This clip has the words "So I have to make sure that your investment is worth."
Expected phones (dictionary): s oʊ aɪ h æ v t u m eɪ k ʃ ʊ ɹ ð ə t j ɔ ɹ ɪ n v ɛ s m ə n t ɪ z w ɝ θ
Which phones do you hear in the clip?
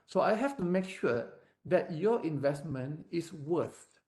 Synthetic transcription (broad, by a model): s oʊ aɪ h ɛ f t u m eɪ k ʃ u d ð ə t j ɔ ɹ ɪ n v ɛ s m ə n t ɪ s w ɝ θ